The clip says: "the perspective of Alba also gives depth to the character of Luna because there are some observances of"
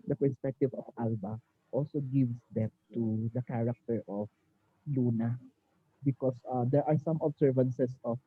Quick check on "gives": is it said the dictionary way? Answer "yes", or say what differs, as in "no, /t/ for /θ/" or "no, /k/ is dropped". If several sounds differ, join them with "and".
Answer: no, /s/ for /z/